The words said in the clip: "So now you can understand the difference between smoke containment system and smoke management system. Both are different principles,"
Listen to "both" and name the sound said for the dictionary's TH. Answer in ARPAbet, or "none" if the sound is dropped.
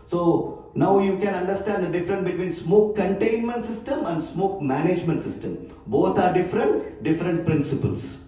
T